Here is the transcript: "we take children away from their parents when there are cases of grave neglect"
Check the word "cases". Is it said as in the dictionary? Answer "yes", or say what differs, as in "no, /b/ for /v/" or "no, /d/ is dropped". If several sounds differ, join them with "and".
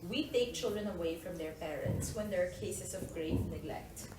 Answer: no, /s/ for /z/